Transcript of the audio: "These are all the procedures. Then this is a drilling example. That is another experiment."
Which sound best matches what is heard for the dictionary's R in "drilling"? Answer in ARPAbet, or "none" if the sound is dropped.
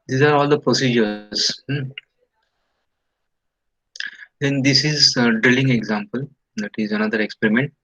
R